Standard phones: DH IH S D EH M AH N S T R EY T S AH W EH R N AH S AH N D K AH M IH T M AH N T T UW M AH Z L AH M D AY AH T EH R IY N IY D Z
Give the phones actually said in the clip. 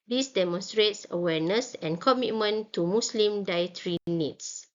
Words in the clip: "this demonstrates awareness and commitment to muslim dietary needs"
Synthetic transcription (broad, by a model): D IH S D EH M AH N S T R EY T S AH W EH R N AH S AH N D K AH M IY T M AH N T T UW M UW S L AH M D AY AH T R IY N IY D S